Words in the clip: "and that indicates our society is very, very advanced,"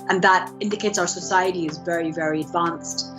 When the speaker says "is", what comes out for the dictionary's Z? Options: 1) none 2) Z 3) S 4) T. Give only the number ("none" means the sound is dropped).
2